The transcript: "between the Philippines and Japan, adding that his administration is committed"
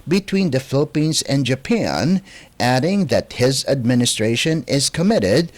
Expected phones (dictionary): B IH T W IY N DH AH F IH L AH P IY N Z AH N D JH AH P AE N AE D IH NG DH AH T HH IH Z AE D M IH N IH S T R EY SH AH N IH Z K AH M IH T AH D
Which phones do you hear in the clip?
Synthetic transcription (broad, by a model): B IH T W IY N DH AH F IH L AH P IY N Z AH N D JH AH P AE N AE D IH NG DH AH T HH IH Z AE D M IH N IH S T R EY SH AH N IH Z K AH M IH T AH D